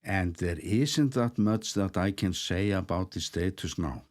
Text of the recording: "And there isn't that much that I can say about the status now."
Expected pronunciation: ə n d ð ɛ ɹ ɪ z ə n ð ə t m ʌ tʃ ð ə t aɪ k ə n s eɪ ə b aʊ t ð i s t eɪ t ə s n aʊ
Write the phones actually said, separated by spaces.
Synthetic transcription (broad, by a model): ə n ð ɛ ɹ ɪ s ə n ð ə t m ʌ s ð ə t aɪ k ə n s eɪ ə b aʊ t ð i s t eɪ t ə s n aʊ